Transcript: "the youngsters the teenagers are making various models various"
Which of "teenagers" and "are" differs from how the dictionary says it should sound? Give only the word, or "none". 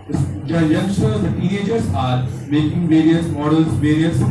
teenagers